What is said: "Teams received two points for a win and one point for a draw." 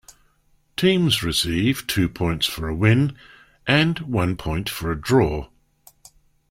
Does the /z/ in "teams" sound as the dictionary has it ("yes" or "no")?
yes